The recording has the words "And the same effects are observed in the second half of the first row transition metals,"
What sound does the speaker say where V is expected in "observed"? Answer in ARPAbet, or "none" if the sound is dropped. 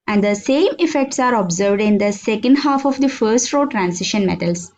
V